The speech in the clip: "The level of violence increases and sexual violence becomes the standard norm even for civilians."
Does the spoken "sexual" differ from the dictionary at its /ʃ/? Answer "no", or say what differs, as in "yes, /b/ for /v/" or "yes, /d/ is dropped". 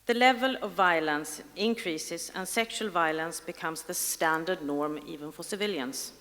no